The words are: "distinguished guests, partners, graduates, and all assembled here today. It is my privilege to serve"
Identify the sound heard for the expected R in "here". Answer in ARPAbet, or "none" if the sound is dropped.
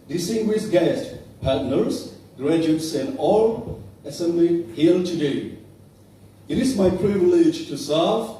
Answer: L